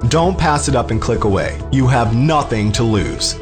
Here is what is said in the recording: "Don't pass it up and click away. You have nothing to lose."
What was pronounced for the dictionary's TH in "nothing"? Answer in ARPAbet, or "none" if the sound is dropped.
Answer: TH